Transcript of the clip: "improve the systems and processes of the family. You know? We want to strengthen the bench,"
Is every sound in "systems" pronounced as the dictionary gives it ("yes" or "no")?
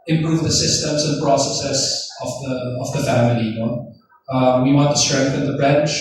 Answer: yes